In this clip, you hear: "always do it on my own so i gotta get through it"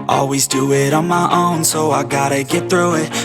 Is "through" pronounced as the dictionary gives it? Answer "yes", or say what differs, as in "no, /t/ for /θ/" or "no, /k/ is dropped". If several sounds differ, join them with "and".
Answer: yes